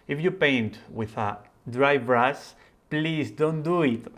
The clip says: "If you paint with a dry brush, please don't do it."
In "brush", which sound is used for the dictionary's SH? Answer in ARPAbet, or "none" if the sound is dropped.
S